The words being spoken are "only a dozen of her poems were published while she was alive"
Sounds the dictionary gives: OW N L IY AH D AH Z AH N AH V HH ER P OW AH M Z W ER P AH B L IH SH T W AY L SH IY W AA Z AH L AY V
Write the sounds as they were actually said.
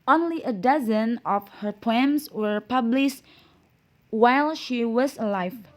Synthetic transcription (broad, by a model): OW N L IY AH D AH Z AH N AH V HH ER P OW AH M S W ER P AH B L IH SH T W AY L SH IY W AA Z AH L AY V